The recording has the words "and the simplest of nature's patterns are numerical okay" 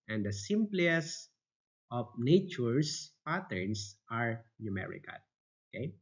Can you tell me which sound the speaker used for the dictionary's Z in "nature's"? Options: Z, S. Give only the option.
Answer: S